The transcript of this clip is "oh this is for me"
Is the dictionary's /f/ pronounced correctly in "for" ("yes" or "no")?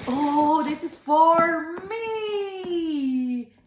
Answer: yes